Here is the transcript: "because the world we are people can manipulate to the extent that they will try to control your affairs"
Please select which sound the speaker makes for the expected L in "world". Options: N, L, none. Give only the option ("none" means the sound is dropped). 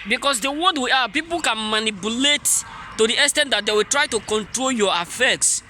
none